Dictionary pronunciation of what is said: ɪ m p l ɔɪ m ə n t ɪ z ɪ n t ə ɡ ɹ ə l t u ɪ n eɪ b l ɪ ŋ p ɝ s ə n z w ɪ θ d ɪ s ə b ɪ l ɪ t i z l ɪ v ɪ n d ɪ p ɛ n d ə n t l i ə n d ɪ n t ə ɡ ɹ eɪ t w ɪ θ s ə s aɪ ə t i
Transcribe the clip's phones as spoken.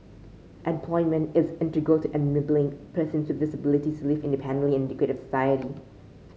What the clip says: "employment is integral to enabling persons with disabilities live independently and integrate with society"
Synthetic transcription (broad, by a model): ɪ m p l ɔɪ m ə n t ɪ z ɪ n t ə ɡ ə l t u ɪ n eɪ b l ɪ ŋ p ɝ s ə n s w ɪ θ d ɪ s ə b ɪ l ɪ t i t l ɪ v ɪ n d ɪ p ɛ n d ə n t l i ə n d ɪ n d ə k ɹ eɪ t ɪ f s ə s aɪ ə t i